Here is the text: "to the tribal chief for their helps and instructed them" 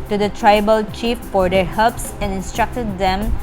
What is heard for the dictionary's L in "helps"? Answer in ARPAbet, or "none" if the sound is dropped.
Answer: none